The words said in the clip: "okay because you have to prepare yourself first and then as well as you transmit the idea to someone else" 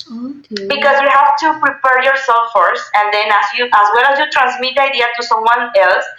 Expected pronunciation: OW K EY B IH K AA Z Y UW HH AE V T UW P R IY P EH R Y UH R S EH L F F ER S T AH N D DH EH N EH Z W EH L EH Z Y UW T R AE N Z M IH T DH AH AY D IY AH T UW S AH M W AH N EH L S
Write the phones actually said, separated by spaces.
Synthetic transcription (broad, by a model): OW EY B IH K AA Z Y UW HH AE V T UW P R IY P EH R Y UH R S EH L F F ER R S AH N D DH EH N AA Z W EH L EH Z Y UW T R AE N S M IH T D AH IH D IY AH T UW S AH M W AH N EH L S